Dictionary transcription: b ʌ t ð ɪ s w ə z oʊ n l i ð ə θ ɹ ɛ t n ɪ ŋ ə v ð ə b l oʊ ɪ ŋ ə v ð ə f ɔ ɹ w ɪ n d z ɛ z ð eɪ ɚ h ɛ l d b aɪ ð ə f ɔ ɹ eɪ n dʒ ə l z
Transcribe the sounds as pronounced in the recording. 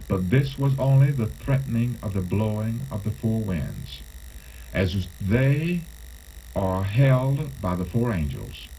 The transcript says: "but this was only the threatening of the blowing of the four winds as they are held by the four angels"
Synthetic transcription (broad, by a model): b ʌ t ð ɪ s w ə z oʊ n l i ð ə θ ɹ ɛ t n ɪ ŋ ə v ð ə b l oʊ ɪ ŋ ə v ð ə f ɔ ɹ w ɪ n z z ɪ z ð eɪ ɚ h ɛ l d b aɪ ð ə f ɔ ɹ eɪ n dʒ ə l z